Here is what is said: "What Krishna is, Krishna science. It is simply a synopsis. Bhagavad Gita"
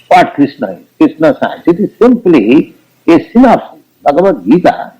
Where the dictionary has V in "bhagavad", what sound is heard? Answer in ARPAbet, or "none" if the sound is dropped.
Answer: B